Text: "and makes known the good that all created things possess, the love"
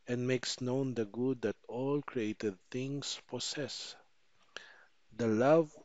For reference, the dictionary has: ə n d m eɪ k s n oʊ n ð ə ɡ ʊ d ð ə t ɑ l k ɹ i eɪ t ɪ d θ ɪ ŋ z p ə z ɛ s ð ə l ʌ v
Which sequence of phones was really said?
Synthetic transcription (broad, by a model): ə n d m eɪ k s n oʊ n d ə ɡ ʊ d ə t ɑ l k ɹ i eɪ t ɪ d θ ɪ ŋ s p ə s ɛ s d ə l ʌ v